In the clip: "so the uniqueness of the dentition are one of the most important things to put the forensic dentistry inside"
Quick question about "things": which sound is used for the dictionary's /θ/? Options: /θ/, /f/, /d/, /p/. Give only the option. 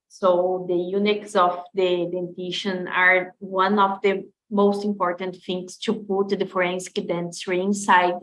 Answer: /f/